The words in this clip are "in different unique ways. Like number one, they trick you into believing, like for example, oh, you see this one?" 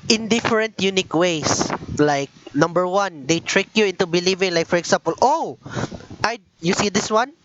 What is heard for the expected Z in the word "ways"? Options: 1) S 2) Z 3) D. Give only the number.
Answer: 1